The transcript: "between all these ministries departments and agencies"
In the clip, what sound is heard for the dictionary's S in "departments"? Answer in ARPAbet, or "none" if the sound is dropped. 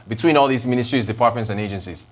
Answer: S